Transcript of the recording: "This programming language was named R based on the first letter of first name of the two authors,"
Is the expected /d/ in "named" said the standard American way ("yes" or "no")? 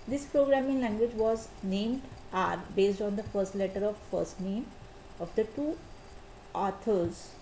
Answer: yes